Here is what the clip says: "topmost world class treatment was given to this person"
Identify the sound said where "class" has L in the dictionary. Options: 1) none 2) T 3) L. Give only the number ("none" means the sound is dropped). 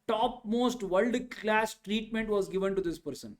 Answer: 3